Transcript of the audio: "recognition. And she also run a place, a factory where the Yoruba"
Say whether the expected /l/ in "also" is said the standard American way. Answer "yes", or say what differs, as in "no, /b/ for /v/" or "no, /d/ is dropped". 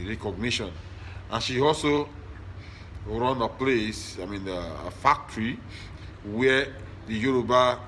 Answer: yes